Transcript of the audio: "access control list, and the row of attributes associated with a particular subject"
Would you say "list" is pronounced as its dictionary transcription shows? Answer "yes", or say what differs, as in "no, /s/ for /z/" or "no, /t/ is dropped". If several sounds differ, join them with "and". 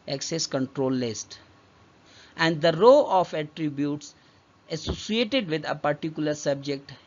yes